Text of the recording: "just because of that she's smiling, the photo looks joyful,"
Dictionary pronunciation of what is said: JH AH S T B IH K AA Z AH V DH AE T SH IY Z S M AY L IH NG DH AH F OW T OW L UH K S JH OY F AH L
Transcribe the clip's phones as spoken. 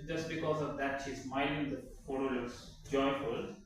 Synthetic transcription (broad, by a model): JH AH S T B IH K AA Z AH V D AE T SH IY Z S M AY N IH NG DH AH F OW T OW L UH K S JH OY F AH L